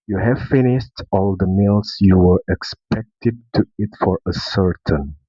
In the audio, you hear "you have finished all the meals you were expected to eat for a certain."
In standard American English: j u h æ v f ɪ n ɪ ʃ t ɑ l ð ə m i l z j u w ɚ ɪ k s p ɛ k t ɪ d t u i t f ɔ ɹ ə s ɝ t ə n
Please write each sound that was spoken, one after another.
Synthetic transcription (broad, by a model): j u h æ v f ɪ n ɪ ʃ t ɑ l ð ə m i l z j u w ɚ ɪ k s p ɛ k t ɪ d t u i t f ɔ ɹ ə s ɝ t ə n